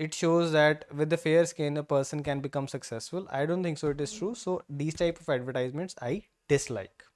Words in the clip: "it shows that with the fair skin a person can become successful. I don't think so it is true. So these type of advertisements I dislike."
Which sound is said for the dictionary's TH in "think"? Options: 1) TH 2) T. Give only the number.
2